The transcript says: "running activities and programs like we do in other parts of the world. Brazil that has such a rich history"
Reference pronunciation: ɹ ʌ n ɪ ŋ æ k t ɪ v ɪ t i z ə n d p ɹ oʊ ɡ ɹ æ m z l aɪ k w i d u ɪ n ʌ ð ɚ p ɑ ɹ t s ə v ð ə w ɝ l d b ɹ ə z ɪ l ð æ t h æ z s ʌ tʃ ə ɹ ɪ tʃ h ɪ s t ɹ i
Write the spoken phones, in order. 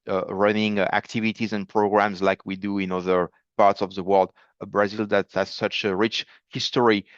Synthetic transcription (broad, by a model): ɹ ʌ n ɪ ŋ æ k t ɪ v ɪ t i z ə n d p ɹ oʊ ɡ ɹ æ m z l aɪ k w i d u ɪ n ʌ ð ɚ p ɑ ɹ t s ə v ð ə w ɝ l d b ɹ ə z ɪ l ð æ t h æ z s ʌ tʃ ə ɹ ɪ tʃ h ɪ s t ɹ i